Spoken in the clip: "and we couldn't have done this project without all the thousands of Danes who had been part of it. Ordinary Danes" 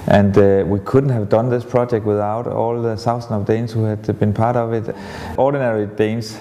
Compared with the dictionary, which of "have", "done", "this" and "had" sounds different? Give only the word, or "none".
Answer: none